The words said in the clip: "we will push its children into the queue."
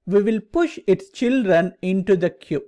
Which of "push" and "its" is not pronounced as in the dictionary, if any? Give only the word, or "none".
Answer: none